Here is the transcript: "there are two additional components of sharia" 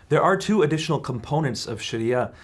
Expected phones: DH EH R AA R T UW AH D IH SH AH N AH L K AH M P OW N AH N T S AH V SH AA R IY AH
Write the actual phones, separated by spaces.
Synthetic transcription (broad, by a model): DH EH R AA R T UW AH D IH SH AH N L K AH M P OW N AH N T S AH V SH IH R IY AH